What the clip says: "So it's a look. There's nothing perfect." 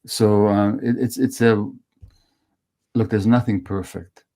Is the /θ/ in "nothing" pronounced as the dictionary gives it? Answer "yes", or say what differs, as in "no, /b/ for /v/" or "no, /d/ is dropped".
yes